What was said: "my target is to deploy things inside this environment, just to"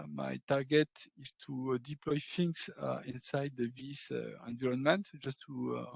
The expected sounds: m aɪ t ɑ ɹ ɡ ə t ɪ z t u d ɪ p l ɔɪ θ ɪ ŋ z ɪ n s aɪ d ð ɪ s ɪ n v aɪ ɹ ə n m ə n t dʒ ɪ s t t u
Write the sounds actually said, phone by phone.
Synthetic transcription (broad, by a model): m aɪ t ɑ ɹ ɡ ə t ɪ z t u d ɪ p l ɔɪ f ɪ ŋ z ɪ n s aɪ d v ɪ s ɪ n v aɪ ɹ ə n m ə n t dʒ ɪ s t t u